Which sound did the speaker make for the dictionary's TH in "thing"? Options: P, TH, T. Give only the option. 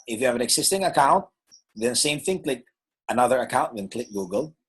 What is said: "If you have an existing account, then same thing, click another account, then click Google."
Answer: TH